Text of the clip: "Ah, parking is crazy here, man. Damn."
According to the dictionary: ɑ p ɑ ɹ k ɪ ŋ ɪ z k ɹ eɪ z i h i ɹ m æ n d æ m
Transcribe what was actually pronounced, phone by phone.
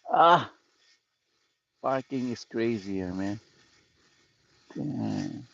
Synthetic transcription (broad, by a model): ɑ f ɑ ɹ k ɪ ŋ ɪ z k ɹ eɪ z i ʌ ɹ m æ n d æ